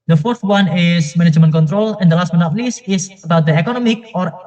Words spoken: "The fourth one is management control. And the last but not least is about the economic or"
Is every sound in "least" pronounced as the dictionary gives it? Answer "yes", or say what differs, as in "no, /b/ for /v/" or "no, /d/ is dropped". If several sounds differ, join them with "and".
no, /t/ is dropped